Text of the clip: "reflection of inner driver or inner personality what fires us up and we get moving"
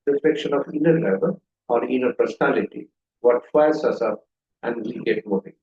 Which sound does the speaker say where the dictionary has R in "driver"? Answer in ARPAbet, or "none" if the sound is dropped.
L